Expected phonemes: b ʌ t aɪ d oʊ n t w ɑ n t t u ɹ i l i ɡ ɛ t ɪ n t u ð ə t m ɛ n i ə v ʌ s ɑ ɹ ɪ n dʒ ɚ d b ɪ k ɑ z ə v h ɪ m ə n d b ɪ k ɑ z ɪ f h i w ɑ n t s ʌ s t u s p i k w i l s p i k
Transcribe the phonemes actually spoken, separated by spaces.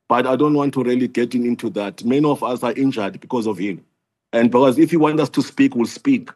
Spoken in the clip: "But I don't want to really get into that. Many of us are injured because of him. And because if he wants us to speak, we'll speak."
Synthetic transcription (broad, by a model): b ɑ t aɪ d oʊ n t w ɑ n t t u ɹ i l i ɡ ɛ t ɪ n t u ð ə t m ɛ n i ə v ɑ s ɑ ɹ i n dʒ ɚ d b ɪ k ɑ z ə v h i m ə n d b ɪ k ɑ z ɪ f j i w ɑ n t ʌ s t u s p i k w i l s p i k